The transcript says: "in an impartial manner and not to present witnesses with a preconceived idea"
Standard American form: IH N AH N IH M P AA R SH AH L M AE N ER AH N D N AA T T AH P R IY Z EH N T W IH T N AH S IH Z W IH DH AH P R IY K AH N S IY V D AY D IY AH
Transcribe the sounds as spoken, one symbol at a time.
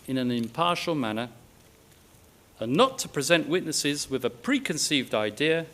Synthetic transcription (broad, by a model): IH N AH N IH M P AA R SH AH L M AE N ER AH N N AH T T AH P R IY Z EH N T W IH T N AH S IH Z W IH DH AH P R IY K AH N S IY V D AY D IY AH